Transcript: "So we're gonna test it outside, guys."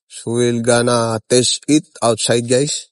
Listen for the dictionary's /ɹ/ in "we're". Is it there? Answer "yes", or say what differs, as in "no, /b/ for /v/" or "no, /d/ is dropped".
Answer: no, /l/ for /ɹ/